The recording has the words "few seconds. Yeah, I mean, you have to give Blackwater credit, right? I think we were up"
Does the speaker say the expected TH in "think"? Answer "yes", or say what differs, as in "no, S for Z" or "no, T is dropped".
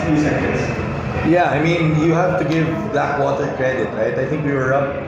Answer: yes